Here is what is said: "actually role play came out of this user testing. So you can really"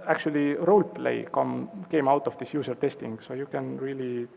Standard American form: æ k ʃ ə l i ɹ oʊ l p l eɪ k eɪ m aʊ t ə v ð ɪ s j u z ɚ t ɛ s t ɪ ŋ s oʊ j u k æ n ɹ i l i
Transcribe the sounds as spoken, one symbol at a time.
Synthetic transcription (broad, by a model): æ k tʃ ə l i ɹ oʊ l p l eɪ k eɪ m aʊ t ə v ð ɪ s j u s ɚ t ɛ s t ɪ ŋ s oʊ j u k æ n ɹ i l i